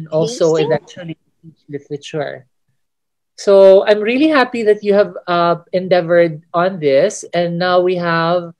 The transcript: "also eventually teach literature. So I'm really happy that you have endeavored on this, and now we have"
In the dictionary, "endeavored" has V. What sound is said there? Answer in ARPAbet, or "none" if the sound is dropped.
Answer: V